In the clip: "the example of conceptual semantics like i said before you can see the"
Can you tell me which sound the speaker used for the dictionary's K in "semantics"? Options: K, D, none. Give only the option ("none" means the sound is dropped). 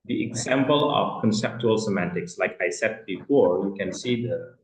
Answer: K